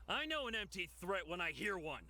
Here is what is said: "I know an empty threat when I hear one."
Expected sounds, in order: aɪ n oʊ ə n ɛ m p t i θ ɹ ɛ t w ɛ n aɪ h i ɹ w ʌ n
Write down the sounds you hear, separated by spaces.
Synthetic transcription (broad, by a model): aɪ n oʊ ə n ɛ m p t i θ ɹ ɛ t w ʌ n aɪ h i ɹ w ʌ n